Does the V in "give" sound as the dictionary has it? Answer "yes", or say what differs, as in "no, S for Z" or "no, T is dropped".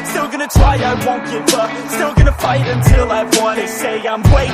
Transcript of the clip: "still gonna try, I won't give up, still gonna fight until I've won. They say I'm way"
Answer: no, B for V